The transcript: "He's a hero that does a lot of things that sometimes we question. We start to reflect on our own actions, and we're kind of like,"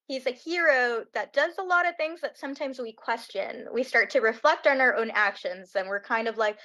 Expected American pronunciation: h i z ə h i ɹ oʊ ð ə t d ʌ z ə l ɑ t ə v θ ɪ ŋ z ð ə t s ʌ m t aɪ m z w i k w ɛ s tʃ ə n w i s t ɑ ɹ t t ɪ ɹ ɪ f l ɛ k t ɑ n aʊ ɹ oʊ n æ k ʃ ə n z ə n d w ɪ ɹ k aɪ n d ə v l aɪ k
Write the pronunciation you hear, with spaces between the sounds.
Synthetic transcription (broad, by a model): h i z ə h i ɹ oʊ ð ə t d ʌ z ə l ɑ t ə v θ ɪ ŋ z ð ə t s ʌ m t aɪ m z w i k w ɛ s tʃ ə n w i s t ɑ ɹ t t ɪ ɹ ɪ f l ɛ k t n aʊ ɹ oʊ n æ k ʃ ə n z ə n w ɪ ɹ k aɪ n d ə v l aɪ k